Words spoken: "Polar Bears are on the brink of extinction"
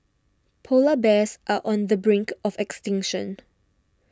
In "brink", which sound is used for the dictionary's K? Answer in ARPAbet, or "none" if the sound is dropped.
K